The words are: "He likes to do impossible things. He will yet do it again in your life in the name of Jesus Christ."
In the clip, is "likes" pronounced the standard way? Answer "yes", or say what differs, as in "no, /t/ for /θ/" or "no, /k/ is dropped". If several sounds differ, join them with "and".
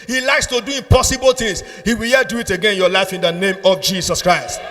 yes